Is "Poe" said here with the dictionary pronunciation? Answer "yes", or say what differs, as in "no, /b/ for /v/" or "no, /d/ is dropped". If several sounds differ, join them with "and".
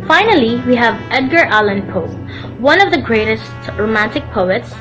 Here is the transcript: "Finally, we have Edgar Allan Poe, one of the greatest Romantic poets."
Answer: yes